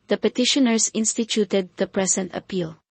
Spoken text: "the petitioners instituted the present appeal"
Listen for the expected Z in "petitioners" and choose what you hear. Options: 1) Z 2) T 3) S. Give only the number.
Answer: 3